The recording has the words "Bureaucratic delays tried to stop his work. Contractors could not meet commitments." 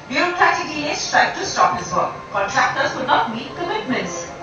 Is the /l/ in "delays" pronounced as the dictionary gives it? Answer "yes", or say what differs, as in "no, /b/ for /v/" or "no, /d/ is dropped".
no, /l/ is dropped